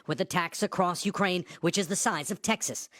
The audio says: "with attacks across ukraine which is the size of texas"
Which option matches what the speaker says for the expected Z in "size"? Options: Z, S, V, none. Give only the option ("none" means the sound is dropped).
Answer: Z